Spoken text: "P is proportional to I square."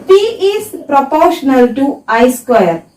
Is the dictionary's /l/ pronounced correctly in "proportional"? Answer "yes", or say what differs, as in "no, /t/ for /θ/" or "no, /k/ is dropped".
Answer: yes